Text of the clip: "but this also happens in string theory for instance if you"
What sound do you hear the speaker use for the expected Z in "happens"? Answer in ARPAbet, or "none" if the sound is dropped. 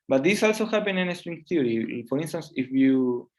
none